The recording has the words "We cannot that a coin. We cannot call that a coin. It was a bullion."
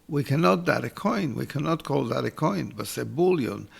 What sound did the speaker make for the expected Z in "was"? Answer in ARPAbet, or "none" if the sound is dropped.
S